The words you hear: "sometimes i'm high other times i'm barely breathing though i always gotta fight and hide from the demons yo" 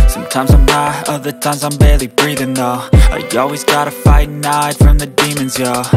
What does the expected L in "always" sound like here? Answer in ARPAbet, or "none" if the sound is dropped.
L